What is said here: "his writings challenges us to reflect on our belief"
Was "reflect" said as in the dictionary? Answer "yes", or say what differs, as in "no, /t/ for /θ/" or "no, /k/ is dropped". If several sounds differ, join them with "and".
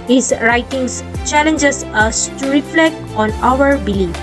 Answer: yes